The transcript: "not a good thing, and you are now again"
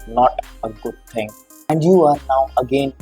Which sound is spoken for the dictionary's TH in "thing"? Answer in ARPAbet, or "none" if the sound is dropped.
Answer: T